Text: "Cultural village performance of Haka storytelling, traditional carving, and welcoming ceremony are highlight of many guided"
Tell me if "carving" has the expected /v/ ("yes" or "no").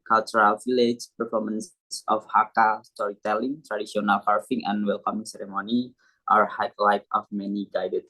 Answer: no